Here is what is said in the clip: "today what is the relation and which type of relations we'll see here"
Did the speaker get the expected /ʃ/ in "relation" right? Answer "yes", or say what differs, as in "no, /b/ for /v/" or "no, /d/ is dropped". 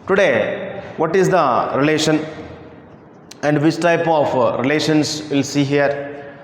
yes